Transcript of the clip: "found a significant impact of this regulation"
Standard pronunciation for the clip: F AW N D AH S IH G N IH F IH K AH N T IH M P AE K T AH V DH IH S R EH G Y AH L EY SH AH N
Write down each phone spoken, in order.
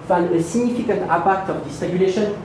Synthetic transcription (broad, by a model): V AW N AH S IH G N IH F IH K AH N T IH P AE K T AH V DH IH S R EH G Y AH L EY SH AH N